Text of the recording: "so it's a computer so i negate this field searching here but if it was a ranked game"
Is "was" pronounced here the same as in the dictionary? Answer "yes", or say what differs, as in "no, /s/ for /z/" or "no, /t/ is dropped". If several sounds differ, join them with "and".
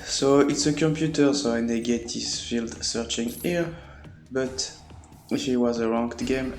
yes